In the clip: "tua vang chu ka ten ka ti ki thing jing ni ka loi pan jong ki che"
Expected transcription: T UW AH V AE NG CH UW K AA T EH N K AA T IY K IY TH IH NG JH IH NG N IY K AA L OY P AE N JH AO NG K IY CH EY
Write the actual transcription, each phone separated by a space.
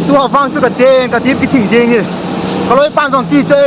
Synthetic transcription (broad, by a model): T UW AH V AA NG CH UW K AA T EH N K AA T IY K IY T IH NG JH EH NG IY K AA L OY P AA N Z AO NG K IY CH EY